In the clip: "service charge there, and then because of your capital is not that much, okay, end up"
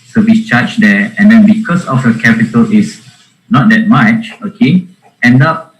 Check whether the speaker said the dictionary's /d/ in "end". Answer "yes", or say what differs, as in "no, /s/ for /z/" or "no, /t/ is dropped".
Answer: yes